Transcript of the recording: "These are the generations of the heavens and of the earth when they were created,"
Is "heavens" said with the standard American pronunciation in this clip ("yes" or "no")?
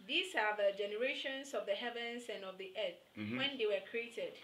no